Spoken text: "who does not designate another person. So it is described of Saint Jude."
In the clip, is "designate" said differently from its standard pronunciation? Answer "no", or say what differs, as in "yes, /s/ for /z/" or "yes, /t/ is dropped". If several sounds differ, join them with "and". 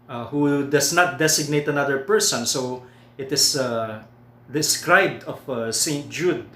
yes, /s/ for /z/